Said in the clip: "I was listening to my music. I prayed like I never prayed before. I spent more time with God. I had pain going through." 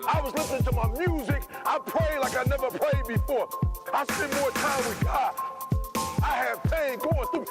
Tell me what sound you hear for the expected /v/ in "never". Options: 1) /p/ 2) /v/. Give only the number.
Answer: 2